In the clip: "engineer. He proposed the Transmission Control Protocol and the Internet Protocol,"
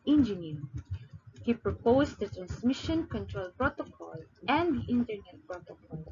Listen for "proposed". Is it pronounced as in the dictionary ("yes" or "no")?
no